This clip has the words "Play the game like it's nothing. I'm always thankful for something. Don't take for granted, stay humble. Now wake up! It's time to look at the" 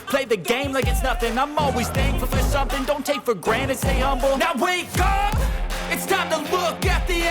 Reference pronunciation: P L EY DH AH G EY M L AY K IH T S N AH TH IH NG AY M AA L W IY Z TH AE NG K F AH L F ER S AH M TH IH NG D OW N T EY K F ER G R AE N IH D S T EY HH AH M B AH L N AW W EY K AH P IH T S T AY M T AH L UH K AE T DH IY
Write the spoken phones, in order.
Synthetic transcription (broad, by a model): P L EY DH AH G EY M L AY K IH T S N AH TH IH NG AY M AA L W IY Z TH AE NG F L F ER S AH M TH IH NG D OW N T EY K F ER G R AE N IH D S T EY HH AH M B L N AW W EY K AH P IH T S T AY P T AH L UH K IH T DH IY